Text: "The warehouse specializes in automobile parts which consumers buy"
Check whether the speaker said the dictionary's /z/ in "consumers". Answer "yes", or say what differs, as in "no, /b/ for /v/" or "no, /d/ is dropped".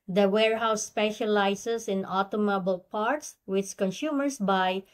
no, /s/ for /z/